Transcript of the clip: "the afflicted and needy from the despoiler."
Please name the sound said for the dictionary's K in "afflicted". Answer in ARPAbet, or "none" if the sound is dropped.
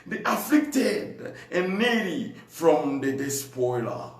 K